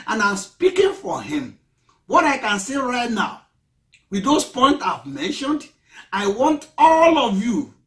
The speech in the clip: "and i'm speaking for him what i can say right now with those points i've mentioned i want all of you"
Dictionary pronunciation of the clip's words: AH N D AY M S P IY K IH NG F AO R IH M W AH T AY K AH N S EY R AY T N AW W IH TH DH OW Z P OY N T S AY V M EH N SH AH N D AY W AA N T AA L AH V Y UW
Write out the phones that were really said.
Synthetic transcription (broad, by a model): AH N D AY M S P IY K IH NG F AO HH IH M W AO T AY K AH N S EY R AY T N AW W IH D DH OW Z P OY N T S AY V M EH N SH AH N D AY W AA N T AA L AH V Y UW